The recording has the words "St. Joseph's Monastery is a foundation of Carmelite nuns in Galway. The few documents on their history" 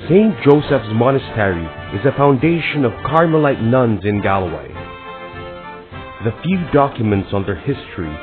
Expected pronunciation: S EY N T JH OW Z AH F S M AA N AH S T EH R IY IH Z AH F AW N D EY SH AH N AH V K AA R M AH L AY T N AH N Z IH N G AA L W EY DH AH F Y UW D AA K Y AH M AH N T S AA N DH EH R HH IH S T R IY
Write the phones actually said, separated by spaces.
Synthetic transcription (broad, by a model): S EY N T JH OW S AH F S M AA N AH S T EH R IY IH Z AH F AW N D EY SH AH N AH V K AA R M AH L AY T N AH N Z IH N G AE L W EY DH AH F Y UW D AA K Y AH M AH N T S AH N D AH R HH IH S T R IY